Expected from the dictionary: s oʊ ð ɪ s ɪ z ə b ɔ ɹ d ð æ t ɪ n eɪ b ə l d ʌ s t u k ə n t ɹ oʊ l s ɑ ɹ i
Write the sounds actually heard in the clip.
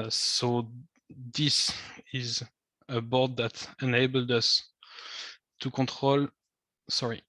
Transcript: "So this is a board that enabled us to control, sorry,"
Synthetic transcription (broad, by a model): s oʊ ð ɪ s ɪ z ə b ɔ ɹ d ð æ t ɪ n eɪ b ə l d ʌ s t u k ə t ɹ oʊ l s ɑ ɹ i